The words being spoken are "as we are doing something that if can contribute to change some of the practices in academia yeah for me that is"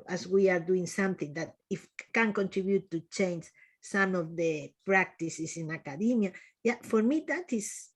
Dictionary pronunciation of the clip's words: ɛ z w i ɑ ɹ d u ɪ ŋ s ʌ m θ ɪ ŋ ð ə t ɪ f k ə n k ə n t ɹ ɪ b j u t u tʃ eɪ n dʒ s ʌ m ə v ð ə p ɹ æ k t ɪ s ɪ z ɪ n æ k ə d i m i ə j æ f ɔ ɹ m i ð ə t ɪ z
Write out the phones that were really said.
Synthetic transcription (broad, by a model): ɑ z w i ɑ ɹ d u ɪ ŋ s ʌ m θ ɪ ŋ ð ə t ɪ f k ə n k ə n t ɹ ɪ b j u t u tʃ eɪ n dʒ s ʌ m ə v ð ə p ɹ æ k t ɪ s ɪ s ɪ n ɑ k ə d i m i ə j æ f ɔ ɹ m i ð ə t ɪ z